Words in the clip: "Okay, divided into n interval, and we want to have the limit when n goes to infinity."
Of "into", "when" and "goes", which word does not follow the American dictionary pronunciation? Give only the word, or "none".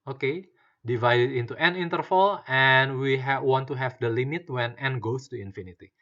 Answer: goes